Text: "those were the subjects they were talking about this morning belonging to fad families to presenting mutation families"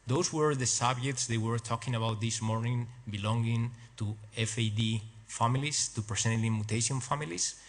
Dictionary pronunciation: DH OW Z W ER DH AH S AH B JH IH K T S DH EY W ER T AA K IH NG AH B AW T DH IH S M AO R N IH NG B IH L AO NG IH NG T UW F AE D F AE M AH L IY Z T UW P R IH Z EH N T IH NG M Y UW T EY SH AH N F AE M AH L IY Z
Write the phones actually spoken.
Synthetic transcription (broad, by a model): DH OW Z W ER DH AH S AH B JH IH K T S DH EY W ER T AA K IH NG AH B AW T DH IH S M AO R N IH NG B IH L AO NG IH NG T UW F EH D F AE M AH L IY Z T UW P R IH S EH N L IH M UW T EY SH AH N F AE M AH L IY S